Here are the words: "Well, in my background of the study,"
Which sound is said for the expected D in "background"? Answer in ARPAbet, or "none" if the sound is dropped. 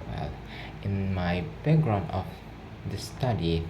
none